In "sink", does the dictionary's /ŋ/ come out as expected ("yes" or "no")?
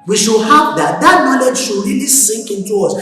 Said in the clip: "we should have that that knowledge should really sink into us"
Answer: yes